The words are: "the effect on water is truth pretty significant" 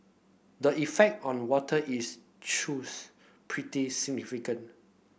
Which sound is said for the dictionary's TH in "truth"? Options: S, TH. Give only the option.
S